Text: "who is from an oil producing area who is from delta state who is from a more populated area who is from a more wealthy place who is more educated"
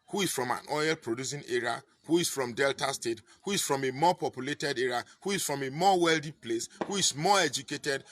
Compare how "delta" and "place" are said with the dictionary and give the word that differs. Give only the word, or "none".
none